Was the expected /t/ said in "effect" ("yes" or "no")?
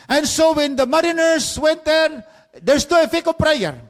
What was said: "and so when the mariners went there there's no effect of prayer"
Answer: no